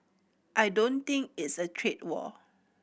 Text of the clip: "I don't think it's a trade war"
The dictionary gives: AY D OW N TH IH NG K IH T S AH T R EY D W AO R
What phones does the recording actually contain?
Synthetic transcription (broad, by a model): AY D OW N T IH NG K IH T S AH T R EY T W AO